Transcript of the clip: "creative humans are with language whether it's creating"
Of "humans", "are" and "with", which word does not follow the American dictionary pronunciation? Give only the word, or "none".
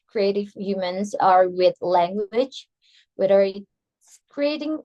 none